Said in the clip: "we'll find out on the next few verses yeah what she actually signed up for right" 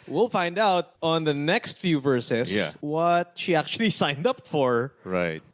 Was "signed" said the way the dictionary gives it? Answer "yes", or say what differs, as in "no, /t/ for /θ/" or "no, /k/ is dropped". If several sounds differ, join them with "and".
yes